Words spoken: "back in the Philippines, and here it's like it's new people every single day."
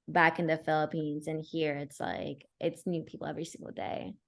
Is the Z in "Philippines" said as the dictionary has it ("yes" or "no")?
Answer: yes